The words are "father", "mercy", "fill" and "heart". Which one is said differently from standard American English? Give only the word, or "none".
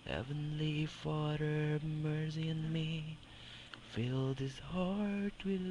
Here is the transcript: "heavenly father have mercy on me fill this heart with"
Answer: none